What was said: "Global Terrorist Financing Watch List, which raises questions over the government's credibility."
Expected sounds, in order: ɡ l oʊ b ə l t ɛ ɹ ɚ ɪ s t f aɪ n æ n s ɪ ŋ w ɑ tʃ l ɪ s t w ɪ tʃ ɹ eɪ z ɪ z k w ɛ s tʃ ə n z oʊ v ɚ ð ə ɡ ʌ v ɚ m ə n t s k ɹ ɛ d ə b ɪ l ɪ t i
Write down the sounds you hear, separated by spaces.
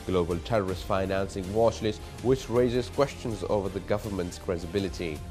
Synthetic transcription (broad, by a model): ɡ l oʊ b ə l t ɛ ɹ ɚ ɪ s t f aɪ n æ n s ɪ ŋ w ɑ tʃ l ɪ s w ɪ tʃ ɹ eɪ z ɪ z k w ɛ s tʃ ə n z oʊ v ɚ ð ə ɡ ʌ v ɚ m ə n t s k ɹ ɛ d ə b ɪ l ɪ t i